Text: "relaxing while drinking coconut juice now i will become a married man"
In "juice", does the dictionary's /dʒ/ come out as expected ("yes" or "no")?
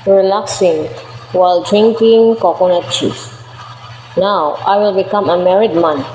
no